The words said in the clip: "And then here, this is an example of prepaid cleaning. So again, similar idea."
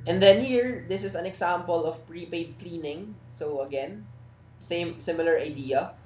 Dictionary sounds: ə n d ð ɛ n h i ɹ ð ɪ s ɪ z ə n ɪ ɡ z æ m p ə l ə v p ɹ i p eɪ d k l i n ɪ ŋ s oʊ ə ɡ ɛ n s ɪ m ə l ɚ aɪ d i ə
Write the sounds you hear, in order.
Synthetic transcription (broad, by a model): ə n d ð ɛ n h i ɹ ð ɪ s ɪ s ə n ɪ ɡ s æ m p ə l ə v p ɹ i p eɪ d k l i n ɪ ŋ s oʊ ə ɡ ɛ n s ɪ m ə l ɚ aɪ d i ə